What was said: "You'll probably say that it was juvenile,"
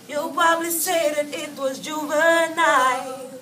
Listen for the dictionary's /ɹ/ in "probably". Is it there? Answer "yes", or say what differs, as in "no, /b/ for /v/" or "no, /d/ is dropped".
no, /ɹ/ is dropped